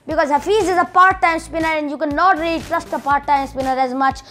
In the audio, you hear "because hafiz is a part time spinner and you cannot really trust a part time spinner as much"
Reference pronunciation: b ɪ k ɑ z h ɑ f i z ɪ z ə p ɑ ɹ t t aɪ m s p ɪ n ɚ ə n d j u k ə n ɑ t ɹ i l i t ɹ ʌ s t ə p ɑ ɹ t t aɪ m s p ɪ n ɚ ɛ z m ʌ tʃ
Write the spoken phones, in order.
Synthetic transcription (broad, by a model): b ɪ k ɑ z h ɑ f i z ɪ z ə p ɑ ɹ t t aɪ m s p ɪ n ɚ ə n d j u k ə n ɑ t ɹ i l i t ɹ ʌ s t ə p ɑ ɹ t t aɪ m s p ɪ n ɚ ɛ z m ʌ tʃ